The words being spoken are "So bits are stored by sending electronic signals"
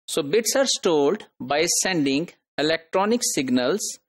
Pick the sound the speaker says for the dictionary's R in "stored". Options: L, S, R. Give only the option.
L